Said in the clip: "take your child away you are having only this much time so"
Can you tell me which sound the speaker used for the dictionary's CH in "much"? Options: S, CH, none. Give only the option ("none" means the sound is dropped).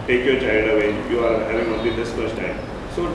S